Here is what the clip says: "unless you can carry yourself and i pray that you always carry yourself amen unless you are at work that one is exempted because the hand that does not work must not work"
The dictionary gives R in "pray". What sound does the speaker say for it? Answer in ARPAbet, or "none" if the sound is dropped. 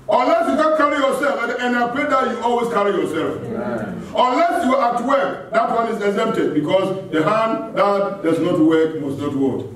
L